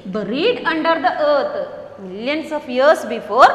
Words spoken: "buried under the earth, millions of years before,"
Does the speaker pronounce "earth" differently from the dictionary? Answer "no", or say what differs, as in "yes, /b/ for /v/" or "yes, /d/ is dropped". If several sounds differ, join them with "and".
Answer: yes, /t/ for /θ/